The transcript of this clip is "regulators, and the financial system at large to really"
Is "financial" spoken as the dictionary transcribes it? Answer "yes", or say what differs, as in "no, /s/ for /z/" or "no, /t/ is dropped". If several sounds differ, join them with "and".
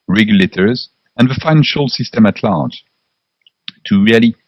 yes